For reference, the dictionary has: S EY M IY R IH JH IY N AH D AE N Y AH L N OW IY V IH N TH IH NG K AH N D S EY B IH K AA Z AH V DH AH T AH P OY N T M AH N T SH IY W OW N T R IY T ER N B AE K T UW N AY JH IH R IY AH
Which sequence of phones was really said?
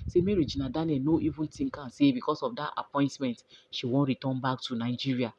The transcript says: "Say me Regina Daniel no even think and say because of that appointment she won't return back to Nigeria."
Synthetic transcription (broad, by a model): S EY M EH R IH JH IY N AH D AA N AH N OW IY V IH N T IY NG K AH N S EY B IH K AA S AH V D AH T AH P OY N T M AH N T SH IY W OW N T R IY T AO N B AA K T UW N AY JH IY R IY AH